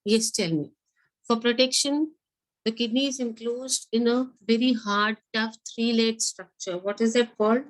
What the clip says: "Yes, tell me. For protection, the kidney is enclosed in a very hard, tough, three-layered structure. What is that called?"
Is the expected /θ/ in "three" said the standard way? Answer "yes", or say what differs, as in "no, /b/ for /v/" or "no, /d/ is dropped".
no, /t/ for /θ/